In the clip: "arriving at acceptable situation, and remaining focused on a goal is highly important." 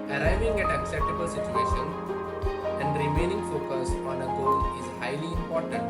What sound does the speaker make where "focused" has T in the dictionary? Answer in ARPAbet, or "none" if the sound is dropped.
none